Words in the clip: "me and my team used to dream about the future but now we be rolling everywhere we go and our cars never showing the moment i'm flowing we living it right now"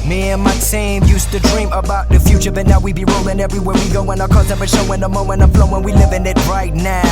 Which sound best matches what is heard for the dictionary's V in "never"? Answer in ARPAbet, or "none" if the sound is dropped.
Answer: P